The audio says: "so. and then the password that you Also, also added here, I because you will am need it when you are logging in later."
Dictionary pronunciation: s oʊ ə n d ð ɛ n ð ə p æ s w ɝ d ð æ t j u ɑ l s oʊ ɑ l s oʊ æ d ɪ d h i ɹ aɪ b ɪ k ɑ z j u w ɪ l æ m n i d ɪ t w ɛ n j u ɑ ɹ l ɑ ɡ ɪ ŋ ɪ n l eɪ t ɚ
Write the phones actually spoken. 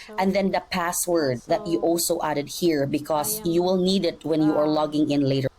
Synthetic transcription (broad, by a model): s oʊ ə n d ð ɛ n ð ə p æ s w ɝ d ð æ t j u ɑ l s oʊ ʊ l æ d ɪ d h i ɹ b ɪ k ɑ s j u w ɪ l n i d ɪ t w ɛ n j u ɑ ɹ l ɑ ɡ ɪ ŋ ɪ n l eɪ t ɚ